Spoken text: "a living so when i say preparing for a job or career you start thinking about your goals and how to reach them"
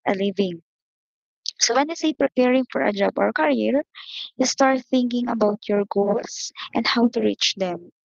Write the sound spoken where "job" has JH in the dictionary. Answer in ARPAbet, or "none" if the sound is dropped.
JH